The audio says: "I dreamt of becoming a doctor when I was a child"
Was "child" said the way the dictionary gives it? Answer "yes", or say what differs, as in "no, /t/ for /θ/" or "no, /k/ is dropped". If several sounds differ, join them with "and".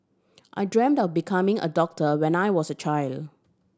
yes